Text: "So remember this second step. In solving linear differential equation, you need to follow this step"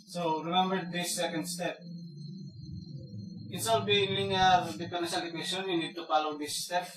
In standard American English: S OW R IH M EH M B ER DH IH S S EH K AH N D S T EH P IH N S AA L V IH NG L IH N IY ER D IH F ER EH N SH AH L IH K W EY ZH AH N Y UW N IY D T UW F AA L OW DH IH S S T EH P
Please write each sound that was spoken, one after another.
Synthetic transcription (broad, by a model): S OW R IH M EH M B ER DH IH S S EH K AH N D S T EH P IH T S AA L B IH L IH N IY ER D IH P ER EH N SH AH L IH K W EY SH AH N Y UW N IY D T UW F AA L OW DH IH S S T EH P